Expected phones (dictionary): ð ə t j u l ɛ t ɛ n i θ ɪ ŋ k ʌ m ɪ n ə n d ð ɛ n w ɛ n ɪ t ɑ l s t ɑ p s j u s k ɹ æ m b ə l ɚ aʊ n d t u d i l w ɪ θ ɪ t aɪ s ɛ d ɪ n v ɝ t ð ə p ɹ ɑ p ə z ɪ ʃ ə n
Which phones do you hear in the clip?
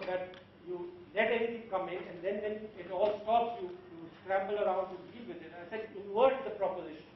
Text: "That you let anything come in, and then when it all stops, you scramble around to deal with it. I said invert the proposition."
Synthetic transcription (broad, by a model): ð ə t j u l ɛ t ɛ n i t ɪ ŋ k ʌ m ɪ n ə n d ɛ n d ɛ n ɪ t ɑ l s t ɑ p s j u s k ɹ æ m b ə l ɚ aʊ n d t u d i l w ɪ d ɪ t aɪ s ɛ d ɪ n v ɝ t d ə p ɹ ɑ p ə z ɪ ʃ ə n